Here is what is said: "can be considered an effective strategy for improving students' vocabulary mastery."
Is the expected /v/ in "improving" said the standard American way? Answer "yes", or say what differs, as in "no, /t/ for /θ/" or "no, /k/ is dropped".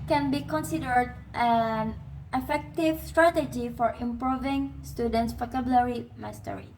yes